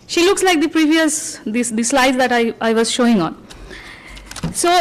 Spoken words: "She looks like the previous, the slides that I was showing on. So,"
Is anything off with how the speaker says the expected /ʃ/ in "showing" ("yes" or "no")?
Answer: no